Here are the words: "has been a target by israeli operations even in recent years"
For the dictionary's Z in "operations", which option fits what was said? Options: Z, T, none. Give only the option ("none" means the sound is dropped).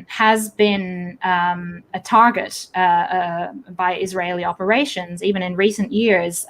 Z